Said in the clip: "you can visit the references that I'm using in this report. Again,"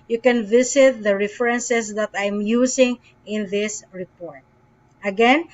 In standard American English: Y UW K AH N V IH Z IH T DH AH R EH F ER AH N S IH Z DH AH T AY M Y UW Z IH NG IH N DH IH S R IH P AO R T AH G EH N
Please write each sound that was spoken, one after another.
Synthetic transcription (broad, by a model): Y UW K AH N V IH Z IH T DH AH R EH F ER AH N S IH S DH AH T AY M Y UW S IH NG IH N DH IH S R IH P AO R T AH G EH N